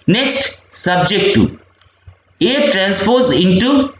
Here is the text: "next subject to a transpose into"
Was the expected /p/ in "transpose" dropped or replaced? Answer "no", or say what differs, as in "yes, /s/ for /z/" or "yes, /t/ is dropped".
yes, /f/ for /p/